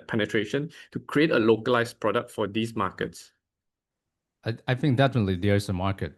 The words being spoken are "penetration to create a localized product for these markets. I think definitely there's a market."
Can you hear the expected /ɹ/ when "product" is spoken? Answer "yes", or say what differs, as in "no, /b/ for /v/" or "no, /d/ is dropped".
yes